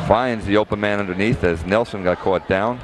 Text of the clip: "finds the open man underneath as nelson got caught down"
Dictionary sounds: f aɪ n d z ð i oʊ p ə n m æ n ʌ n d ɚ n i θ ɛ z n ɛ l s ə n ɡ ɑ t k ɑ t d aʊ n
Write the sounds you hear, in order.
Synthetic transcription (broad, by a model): f aɪ n d z ð i oʊ p ə n m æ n ʌ n d ɚ n i θ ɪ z n ɛ l s ə n ɡ ɑ t k ɑ t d aʊ n